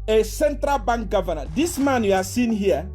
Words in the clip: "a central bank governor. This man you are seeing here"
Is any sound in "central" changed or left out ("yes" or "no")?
no